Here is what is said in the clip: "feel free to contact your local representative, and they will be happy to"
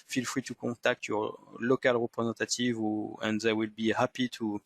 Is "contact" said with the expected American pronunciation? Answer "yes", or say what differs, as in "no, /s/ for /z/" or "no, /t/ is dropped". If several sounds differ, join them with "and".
no, /n/ is dropped